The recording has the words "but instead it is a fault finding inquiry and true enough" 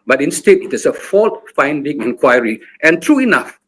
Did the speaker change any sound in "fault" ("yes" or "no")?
no